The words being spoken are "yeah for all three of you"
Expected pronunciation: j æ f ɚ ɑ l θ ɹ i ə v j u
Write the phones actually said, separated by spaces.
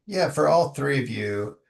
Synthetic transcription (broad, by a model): j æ f ɚ ɑ l θ ɹ i ə v j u